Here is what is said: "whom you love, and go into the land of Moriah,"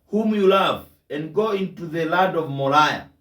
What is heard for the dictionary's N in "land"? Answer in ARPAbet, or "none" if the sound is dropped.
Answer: none